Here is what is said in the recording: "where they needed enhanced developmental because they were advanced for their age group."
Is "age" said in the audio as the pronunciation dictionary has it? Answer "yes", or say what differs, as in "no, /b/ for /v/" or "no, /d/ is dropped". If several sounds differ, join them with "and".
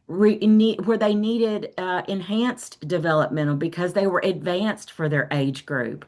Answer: yes